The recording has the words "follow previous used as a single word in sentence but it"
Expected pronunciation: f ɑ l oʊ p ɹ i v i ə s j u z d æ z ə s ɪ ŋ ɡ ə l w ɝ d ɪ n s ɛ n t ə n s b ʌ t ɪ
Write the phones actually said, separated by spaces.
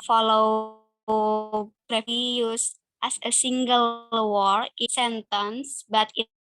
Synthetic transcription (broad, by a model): f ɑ l oʊ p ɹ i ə j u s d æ s ə s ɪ ŋ ɡ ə l w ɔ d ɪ s ɛ n t ə n s b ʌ t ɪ